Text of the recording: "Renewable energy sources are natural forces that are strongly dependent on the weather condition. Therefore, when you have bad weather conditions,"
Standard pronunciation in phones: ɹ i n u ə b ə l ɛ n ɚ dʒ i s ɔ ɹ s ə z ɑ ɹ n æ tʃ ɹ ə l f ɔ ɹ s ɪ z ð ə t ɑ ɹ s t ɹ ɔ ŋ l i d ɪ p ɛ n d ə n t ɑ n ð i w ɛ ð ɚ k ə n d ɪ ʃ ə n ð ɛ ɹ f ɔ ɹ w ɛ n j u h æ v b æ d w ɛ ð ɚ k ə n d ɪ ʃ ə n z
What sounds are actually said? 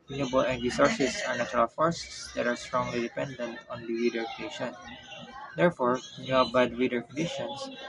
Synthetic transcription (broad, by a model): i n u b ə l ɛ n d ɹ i s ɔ ɹ s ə s ɑ ɹ n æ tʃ ɹ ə l f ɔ ɹ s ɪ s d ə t ɑ ɹ s t ɹ ɔ ŋ l i d ɪ p ɛ n d ə n t ɑ n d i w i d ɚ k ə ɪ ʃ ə n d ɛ ɹ f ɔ ɹ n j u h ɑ b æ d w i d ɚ k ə n d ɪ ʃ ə n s